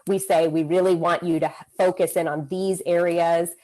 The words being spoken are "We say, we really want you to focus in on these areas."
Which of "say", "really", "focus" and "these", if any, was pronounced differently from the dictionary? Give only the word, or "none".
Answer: none